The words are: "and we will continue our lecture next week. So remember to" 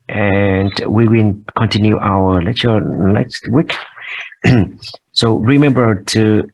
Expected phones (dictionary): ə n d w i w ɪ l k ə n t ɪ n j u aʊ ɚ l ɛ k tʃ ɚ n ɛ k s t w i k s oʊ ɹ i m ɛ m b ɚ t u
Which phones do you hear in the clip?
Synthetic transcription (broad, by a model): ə n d w i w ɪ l k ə n t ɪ n j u aʊ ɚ l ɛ tʃ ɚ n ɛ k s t w i k s oʊ ɹ i m ɛ m b ɚ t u